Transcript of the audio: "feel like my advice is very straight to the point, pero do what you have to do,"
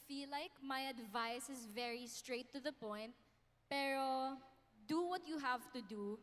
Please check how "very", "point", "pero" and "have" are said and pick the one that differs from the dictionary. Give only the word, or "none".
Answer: none